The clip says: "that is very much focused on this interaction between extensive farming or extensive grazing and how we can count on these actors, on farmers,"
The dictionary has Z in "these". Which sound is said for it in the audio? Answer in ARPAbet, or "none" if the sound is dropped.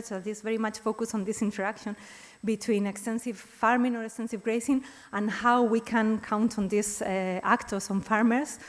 S